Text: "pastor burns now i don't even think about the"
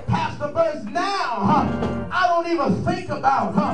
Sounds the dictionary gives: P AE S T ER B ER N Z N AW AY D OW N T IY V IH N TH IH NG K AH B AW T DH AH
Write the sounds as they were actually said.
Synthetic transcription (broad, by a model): P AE S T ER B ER Z N AW AY D OW N T IY V IH N TH IH NG K AH B AW T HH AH